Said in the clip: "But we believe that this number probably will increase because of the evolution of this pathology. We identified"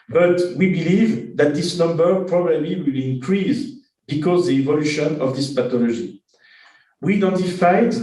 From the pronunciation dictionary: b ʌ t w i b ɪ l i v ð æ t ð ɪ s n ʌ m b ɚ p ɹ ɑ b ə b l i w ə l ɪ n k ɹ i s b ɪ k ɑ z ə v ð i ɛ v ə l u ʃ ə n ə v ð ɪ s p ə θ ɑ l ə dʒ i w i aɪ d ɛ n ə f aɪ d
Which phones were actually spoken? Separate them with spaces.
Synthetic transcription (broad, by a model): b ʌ t w i b ɪ l i v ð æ t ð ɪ s n ʌ m b ɚ p ɹ ɑ b ə b l i w ə l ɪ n k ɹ i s b ɪ k ɑ z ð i ɛ v ə l u ʃ ə n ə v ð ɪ s p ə t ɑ l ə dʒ i w i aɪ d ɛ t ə f aɪ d